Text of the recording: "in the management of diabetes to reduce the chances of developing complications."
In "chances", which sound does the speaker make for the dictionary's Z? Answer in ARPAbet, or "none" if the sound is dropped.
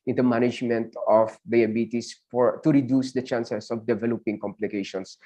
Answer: S